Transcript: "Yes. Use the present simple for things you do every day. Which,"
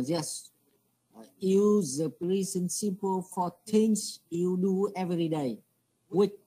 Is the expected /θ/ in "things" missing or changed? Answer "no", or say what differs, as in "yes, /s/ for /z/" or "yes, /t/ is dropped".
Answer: yes, /t/ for /θ/